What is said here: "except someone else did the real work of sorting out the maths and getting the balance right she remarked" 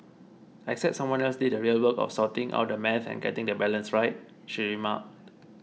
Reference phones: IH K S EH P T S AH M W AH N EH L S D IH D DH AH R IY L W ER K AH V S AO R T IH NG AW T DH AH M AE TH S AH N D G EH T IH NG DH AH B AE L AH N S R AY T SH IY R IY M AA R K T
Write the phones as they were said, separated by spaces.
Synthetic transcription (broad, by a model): IH K S EH P T S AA M W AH N EH L S D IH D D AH R IY L W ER K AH F S AO T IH NG AW T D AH M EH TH AH N G EH T IH NG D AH B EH L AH N S R AY T SH IY R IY M AA K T